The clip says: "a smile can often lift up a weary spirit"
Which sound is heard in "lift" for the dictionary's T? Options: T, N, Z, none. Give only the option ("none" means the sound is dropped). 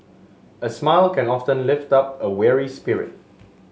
T